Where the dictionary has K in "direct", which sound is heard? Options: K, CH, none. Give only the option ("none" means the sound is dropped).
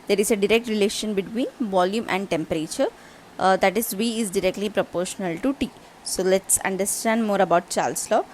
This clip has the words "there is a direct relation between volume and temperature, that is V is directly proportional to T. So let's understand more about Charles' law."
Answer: K